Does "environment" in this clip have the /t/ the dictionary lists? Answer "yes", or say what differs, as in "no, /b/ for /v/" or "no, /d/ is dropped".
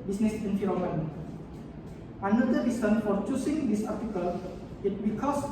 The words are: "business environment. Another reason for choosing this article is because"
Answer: no, /t/ is dropped